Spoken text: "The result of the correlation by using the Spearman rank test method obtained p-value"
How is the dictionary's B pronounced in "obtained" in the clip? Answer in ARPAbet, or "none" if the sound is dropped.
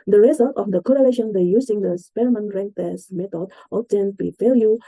none